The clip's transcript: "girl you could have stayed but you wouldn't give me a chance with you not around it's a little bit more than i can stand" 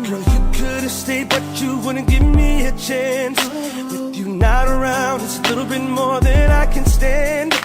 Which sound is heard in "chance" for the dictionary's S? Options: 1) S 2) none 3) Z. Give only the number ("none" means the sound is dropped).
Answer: 1